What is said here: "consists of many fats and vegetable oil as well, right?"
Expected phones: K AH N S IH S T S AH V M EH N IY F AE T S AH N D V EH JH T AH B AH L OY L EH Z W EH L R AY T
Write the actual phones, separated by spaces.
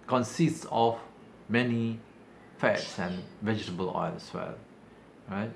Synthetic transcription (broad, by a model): K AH N S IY S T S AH F M EH N IY F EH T S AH N V EH JH T AH B AH L OY L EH S W EH L R AY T